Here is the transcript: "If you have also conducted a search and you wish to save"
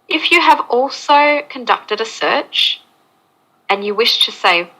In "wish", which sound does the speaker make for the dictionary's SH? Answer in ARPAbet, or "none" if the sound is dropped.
SH